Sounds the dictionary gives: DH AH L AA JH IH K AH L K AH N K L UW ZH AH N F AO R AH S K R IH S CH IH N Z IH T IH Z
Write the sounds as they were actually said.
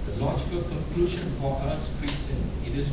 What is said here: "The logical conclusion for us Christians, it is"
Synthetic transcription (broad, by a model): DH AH L AA JH IH K AH L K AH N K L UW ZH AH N P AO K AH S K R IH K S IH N IH T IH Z